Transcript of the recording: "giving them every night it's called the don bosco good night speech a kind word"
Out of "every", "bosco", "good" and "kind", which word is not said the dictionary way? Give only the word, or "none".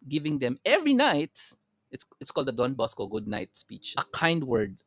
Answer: none